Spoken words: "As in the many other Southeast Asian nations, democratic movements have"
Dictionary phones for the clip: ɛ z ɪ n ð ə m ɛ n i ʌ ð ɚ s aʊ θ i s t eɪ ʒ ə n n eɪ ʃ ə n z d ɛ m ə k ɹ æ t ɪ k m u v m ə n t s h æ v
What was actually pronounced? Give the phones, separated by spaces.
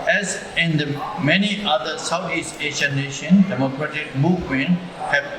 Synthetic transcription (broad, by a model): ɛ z ɪ n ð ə m ɛ n i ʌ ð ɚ s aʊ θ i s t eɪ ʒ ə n n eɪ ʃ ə n d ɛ m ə k ɹ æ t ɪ k m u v m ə n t h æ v